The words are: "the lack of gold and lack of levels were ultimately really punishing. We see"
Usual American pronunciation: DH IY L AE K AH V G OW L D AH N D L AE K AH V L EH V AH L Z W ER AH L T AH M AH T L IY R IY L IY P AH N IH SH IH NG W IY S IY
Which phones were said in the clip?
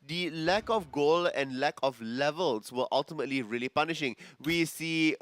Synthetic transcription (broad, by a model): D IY L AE K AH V G OW L AH N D L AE K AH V L EH V AH L S W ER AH L T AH M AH T L IY R IY L IY P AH N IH SH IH NG W IY S IY